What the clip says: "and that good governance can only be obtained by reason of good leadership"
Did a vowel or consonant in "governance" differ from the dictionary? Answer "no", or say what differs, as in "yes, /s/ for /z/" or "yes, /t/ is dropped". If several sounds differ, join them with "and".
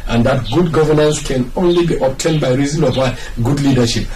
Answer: no